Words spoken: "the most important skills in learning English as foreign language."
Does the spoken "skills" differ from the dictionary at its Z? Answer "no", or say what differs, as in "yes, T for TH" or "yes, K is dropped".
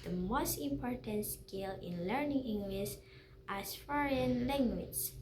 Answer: yes, Z is dropped